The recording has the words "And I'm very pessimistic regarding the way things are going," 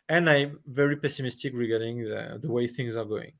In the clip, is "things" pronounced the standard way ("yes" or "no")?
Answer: yes